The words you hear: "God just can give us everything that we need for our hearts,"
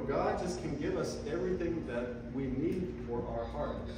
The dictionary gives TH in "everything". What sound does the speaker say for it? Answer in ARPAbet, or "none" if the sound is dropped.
TH